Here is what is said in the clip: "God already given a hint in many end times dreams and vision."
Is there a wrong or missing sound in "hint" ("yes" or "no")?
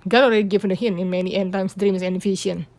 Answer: yes